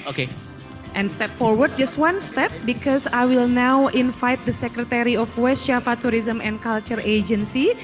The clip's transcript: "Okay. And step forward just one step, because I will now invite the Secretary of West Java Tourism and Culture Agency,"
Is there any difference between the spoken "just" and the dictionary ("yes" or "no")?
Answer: no